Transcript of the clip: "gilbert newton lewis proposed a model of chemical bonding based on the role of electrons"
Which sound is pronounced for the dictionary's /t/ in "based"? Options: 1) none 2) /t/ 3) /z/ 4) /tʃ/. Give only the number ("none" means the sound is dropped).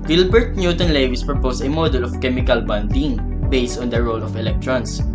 2